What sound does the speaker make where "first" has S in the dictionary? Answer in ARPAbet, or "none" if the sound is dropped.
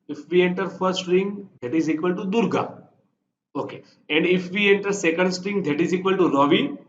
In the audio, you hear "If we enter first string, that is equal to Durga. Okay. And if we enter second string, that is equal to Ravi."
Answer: none